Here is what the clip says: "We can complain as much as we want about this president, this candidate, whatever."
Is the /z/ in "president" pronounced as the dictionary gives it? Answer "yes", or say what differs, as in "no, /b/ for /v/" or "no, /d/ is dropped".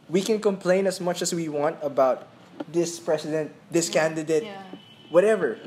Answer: no, /s/ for /z/